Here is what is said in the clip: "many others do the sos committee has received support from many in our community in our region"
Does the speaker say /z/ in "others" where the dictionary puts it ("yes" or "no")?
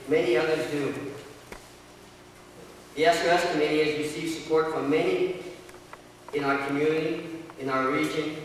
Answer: yes